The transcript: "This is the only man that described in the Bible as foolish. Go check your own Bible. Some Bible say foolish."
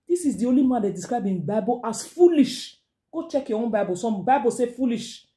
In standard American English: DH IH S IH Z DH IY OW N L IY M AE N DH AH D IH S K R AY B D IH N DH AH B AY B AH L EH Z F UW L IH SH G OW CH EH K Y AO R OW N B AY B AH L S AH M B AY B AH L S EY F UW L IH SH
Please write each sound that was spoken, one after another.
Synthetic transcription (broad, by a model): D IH S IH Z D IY OW L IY M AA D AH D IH S K R AY B IH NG B AY B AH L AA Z F UW L IH SH G OW CH EH K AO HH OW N B AY B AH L S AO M B AY B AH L S EY F UW L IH SH